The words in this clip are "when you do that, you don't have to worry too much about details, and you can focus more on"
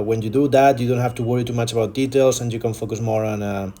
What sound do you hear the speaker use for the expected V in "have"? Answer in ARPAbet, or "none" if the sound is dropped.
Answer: F